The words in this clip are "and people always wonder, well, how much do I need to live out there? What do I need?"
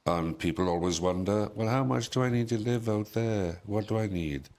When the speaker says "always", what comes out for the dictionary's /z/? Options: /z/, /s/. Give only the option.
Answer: /z/